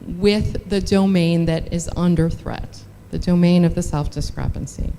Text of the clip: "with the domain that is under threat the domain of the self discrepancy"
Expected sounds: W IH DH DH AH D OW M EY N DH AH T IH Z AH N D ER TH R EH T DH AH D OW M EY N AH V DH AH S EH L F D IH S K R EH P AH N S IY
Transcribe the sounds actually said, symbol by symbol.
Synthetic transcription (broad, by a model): W IH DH DH AH D OW M EY N DH AH T IH Z AH N D ER TH R EH T DH AH D OW M EY N AH V DH AH S EH L F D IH S K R EH P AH N S IY